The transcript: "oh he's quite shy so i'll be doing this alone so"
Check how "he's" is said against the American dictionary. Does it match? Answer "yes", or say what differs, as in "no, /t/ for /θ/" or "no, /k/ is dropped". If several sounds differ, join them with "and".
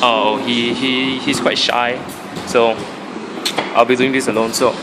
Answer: no, /s/ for /z/